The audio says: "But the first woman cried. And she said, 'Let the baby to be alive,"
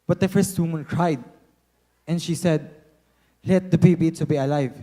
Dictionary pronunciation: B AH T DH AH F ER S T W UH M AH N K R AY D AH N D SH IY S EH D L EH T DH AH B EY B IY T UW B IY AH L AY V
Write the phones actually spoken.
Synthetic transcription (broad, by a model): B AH T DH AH F ER S T W UH M AH N K R AY D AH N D SH IY S EH D L EH T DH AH B EY B IY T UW B IY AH L AY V